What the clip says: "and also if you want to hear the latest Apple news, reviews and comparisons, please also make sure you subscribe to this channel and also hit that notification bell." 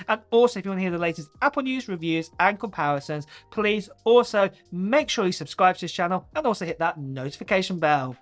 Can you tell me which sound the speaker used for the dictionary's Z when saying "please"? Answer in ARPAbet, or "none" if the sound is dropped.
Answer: Z